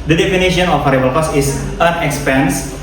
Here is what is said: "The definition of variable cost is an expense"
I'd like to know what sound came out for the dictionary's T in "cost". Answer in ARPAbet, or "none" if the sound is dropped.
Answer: none